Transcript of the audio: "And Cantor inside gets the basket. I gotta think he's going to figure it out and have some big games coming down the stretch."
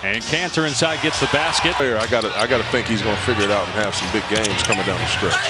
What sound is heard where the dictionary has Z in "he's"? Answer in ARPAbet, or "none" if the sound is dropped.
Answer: Z